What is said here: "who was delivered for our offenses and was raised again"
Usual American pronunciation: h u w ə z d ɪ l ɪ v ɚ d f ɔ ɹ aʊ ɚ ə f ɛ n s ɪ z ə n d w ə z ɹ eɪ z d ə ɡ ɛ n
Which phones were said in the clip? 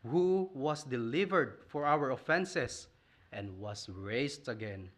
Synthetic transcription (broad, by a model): h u w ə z d ɪ l ɪ v ɚ d f ɔ ɹ aʊ ɚ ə f ɛ n s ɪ s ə n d w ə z ɹ eɪ s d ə ɡ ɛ n